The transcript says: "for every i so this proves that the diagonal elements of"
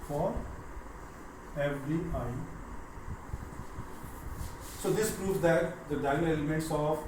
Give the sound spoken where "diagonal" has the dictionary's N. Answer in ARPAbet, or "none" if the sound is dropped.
none